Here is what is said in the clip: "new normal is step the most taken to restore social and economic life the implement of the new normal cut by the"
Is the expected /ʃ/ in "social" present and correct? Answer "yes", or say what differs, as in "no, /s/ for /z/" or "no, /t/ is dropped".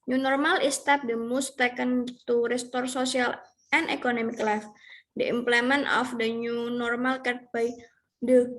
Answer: no, /s/ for /ʃ/